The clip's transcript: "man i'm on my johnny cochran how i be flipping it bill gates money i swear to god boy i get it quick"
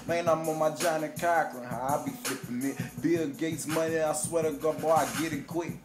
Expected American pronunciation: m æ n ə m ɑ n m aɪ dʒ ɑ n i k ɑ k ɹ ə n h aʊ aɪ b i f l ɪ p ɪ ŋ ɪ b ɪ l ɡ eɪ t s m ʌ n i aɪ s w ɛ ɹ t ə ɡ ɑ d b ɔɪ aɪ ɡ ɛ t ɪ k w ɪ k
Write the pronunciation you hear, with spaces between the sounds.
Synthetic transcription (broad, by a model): m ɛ n ə m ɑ m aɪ dʒ ɑ n i k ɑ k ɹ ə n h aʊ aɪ b i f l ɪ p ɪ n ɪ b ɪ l ɡ eɪ t s m ʌ n i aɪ s w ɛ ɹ t ə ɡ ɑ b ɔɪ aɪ ɡ ɛ t ɪ k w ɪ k